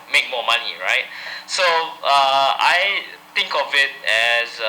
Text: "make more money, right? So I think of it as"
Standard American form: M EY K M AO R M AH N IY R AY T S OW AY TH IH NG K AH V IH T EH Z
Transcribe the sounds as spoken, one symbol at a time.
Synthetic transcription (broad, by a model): M EY K M AO M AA N IY R AY T S OW AY T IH NG K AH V IH T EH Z